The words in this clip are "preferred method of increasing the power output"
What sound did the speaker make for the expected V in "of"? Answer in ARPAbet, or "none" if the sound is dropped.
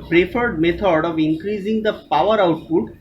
V